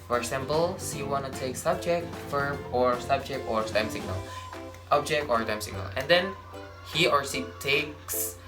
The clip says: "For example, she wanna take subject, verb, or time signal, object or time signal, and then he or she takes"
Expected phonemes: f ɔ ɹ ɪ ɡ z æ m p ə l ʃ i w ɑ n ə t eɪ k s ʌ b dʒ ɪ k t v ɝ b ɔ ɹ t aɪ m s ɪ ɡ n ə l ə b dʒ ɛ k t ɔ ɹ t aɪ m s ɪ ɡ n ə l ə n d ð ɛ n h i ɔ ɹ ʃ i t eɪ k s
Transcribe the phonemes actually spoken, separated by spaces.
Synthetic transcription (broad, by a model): f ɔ ɹ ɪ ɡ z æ m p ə l s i w ɑ n ə t eɪ k s ʌ b dʒ ɪ k t f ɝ b ɔ ɹ t aɪ m s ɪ ɡ n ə l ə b dʒ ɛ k t ɔ ɹ t aɪ m s ɪ ɡ n ə l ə n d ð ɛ n h i ɔ ɹ s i t eɪ k s